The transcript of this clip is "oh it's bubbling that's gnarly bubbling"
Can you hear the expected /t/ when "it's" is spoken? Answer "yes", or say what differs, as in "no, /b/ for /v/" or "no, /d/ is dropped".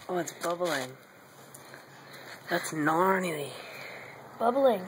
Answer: yes